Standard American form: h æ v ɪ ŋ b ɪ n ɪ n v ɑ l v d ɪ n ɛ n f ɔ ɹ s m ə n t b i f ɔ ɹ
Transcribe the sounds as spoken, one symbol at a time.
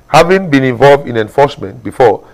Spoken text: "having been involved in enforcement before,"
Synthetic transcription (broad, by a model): h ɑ v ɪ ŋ b ɪ n ɪ n v ɑ l v d ɪ n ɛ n f ɔ s m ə n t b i f ɔ